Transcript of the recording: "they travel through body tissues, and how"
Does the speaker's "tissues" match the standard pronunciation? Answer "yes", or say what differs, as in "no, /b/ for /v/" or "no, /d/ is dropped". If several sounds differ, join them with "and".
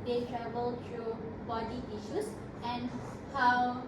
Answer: no, /s/ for /z/